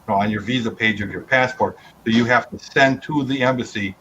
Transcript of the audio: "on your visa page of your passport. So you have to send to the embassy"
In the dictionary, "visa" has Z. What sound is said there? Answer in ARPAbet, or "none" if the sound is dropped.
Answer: Z